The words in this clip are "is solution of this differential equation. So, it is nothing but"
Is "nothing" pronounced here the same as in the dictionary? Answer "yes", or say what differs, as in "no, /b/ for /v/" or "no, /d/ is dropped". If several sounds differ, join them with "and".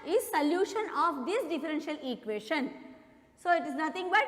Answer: no, /t/ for /θ/